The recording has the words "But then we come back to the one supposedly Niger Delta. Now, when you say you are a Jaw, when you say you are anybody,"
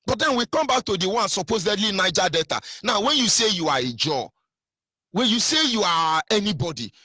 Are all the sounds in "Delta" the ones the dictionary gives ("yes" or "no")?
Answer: no